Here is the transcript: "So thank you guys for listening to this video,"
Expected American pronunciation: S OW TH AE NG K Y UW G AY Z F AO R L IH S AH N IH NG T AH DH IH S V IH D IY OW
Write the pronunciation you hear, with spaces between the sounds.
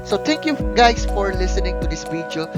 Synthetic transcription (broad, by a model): S OW T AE NG K Y UW G AY S F AO R L IH S AH N IH NG T AH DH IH S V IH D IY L